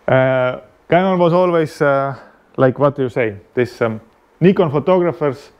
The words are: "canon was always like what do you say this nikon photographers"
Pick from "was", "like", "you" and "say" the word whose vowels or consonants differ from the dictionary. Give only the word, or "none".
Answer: was